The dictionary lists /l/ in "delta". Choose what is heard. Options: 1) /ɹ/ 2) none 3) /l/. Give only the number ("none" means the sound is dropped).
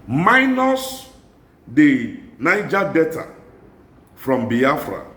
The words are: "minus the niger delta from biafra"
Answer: 2